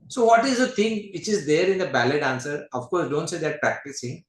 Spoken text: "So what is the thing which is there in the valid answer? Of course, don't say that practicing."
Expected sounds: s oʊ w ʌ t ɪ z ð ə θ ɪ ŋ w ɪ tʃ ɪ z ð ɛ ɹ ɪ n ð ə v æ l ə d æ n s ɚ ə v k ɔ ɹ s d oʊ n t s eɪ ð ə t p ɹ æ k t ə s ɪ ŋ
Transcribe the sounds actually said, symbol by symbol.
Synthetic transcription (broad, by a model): s oʊ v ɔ t ɪ z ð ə t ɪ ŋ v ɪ tʃ ɪ z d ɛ ɹ ɪ n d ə b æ l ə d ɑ n s ɚ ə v k ɔ ɹ s d oʊ n t s eɪ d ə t p ɹ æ k t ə s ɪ ŋ